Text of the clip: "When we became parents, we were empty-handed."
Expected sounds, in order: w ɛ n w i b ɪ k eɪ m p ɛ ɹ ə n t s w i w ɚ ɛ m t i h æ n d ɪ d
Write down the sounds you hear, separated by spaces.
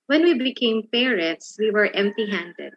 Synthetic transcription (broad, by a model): w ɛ n w i b ɪ k eɪ m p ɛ ɹ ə t s w i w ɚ ɛ m t i h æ n d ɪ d